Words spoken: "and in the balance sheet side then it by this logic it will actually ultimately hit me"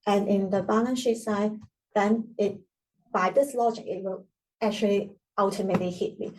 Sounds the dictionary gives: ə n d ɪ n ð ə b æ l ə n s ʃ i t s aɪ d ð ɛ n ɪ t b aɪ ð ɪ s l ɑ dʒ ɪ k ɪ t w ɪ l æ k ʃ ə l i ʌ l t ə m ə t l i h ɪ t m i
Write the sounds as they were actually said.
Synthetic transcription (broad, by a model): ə n ɪ n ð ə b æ n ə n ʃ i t s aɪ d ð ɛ n ɪ t b aɪ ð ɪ s l ɑ dʒ ɪ k ɪ t w ɪ l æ k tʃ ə l i ʌ l t ə m ə t l i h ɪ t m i